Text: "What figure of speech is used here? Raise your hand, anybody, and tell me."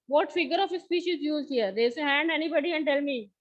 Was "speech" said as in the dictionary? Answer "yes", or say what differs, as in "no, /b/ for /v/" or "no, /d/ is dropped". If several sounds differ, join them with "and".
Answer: no, /ʃ/ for /tʃ/